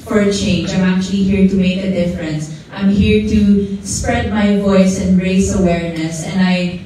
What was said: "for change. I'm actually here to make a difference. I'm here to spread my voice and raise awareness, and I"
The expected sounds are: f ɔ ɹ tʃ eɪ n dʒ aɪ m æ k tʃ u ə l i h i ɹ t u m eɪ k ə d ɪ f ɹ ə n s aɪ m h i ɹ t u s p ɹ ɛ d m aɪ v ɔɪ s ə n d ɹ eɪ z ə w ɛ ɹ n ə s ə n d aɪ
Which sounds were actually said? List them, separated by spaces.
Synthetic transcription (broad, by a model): f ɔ ɹ tʃ eɪ n dʒ aɪ m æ k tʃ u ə l i h i ɹ t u m eɪ k ə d ɪ f ɹ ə n s aɪ m h i ɹ t u s p ɹ ɛ d m aɪ v ɔɪ s ə n d ɹ eɪ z ə w ɛ ɹ n ə s ə n d aɪ